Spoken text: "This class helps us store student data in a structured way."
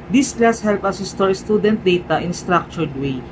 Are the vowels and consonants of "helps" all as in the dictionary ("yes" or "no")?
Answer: no